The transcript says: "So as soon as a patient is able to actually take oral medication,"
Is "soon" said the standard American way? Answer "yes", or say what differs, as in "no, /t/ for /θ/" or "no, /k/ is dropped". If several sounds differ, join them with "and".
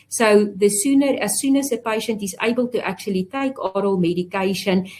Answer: yes